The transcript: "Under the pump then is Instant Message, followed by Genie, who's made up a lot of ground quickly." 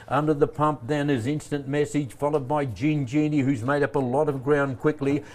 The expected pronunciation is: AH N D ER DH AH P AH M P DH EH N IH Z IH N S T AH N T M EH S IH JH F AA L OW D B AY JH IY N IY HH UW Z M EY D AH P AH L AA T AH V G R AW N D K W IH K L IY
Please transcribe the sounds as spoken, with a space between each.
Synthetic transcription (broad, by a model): AH N D ER DH AH P AH M P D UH N IH Z IH N S T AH N M EH S IH JH F AA L OW D B AY JH IY N IY HH UW Z M EY D AH P AH L AA T AH V G R AW N K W IH K L IY